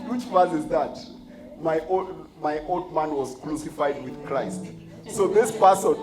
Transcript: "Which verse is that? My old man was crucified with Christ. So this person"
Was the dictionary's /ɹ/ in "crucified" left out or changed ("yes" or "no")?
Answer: yes